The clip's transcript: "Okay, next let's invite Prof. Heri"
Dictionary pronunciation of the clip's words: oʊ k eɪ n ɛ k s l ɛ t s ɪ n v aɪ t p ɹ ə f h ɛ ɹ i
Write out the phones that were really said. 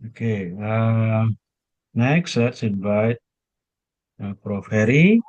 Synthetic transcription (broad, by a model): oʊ k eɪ n ɛ k s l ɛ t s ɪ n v aɪ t p ɹ ə f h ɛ ɹ i